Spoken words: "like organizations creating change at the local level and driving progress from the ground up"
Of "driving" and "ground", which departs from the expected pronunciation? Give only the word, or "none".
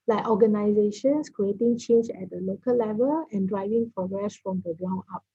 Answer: ground